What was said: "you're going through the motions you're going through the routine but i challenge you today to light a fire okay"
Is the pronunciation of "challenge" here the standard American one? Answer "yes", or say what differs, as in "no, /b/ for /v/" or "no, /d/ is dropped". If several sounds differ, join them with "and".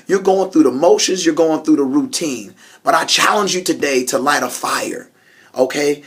yes